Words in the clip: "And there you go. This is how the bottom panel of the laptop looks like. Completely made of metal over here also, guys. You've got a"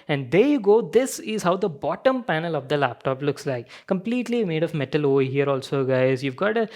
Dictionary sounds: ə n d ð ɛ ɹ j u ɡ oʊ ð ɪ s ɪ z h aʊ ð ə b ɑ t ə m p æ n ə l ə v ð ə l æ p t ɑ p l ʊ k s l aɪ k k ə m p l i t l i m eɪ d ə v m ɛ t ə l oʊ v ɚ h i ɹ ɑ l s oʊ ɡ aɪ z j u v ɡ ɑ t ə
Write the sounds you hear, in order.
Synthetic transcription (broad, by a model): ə n d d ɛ j u ɡ oʊ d ɪ s ɪ z h aʊ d ə b ɑ t ə m p æ n ə l ə v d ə l æ p t ɑ p l ʊ k s l aɪ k k ə m p l i t l i m eɪ d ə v m ɛ t ə l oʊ ɪ h i ɹ ɑ l s oʊ ɡ aɪ z j u v ɡ ɑ t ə